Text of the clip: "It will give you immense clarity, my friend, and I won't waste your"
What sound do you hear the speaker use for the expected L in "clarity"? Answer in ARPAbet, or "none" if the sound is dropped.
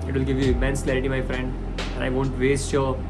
L